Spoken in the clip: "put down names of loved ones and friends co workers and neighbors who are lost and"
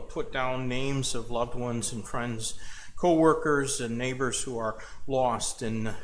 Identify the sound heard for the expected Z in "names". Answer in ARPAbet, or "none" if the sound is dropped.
Z